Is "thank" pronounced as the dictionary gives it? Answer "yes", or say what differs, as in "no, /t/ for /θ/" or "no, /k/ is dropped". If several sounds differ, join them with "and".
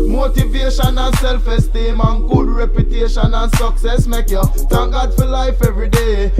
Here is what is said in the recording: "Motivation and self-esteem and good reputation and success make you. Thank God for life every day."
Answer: no, /t/ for /θ/